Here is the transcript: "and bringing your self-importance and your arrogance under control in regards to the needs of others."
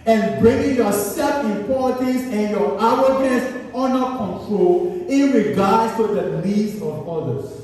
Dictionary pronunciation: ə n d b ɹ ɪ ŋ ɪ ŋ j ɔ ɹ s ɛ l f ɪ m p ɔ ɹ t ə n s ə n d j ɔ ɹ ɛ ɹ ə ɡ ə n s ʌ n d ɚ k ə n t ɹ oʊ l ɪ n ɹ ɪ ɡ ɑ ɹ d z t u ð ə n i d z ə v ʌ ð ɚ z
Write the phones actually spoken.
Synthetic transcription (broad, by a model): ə n b ɹ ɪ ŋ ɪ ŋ j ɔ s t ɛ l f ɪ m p ɔ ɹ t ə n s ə n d j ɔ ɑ w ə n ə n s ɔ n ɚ k ə n t ɹ oʊ l ɪ n ɹ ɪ ɡ ɑ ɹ d s t u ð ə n i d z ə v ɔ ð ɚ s